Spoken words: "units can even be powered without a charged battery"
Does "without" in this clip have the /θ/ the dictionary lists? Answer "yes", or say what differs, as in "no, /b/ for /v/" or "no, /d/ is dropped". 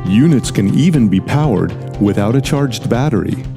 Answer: yes